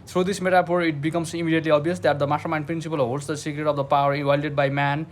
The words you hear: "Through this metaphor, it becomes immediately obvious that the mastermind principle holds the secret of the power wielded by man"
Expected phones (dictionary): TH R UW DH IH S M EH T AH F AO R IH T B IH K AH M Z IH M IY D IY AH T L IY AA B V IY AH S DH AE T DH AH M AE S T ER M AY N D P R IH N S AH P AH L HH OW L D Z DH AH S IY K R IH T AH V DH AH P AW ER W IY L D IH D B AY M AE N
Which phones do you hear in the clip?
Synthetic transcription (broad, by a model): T R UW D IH S M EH T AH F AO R IH T B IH K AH M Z IH M IY D IY AH T L IY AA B IY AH S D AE T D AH M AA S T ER M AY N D P R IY N S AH P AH L HH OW L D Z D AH S IY K R IH T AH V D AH P AW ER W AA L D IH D B AY M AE N